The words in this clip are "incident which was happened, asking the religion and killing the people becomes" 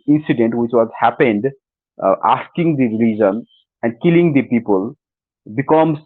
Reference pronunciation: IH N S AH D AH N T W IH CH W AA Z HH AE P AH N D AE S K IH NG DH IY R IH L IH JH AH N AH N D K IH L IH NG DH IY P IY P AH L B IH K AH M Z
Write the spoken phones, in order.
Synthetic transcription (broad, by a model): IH N S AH D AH N T W IH CH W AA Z HH AE P AH N D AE S K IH NG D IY R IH L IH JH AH N AH N D K IH L IH NG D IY P IY P AH L B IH K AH M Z